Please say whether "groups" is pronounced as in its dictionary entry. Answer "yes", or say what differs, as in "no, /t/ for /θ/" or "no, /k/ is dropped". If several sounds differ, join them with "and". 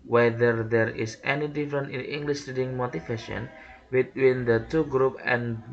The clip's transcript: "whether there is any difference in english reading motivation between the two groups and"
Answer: no, /s/ is dropped